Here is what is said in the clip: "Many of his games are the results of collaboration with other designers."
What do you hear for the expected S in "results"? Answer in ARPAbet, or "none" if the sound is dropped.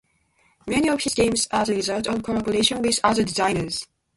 none